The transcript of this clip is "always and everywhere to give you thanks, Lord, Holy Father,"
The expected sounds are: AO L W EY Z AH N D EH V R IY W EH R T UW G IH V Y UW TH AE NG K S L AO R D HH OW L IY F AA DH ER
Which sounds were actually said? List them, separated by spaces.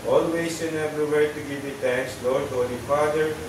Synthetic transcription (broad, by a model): AO L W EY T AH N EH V R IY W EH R T UW G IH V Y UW T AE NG K S L AO R D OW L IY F AA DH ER